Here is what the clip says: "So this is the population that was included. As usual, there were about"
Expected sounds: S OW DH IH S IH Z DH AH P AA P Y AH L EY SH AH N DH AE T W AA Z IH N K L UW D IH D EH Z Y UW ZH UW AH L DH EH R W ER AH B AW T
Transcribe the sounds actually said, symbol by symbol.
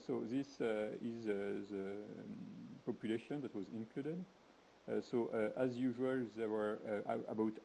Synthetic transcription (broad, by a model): S OW DH IH S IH Z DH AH P AA P Y AH L EY SH AH N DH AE T W AA Z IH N K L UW D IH D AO Z Y UW ZH UW AH L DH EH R W ER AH B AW T